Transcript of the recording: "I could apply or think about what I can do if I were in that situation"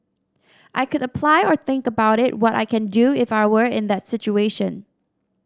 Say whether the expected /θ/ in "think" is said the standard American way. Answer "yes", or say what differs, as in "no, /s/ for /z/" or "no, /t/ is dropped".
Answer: yes